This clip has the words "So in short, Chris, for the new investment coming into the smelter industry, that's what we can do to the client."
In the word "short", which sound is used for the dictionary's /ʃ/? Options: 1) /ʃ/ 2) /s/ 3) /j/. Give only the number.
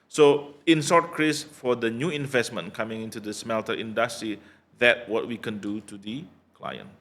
2